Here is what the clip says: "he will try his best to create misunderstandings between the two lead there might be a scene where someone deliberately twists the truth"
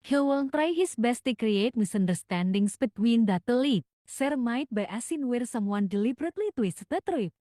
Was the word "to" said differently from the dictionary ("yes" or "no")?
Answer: no